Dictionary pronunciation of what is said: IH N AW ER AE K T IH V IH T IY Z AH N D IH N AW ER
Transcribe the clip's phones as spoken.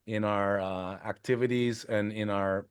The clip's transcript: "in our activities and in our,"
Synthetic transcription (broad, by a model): IH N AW ER AE K T IH V IH T IY Z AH N IH N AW ER